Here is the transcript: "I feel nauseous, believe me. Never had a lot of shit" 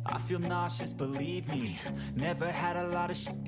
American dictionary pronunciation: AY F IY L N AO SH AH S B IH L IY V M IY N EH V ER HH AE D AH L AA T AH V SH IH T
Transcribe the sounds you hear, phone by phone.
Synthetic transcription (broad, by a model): AY F IY L N AO SH AH S B IH L IY V M IY N EH V ER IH D AH L AA T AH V SH